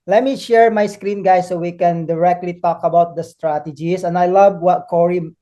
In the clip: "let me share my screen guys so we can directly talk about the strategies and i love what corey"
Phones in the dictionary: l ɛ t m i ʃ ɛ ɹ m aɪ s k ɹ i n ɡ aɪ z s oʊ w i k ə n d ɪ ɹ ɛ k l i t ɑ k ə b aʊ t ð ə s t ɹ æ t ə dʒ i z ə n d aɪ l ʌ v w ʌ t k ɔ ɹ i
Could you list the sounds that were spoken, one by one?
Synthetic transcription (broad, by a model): l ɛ t m i ʃ ɛ ɹ m aɪ s k ɹ i n ɡ aɪ s oʊ w i k ə n d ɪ ɹ ɛ k l i t ɑ k ə b aʊ t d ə s t ɹ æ t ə dʒ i s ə n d aɪ l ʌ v w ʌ t k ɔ ɹ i